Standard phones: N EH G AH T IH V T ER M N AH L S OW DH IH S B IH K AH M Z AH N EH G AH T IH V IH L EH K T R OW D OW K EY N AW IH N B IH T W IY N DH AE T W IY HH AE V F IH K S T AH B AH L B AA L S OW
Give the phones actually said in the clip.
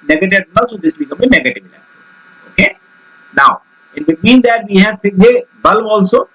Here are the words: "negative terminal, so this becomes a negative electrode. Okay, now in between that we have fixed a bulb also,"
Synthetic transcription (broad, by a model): N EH G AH T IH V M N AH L S OW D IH S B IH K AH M AH N EH G AH T IH V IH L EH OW OW K EY N AW IH N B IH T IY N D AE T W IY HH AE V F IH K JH AH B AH L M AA L S OW